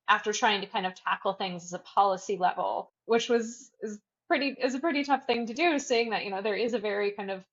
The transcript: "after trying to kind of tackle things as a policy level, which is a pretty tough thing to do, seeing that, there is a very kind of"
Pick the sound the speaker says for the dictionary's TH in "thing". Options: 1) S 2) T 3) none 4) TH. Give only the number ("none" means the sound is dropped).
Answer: 4